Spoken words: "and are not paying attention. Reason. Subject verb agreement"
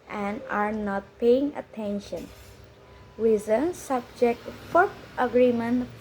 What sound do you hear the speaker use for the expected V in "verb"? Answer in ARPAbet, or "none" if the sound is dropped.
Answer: F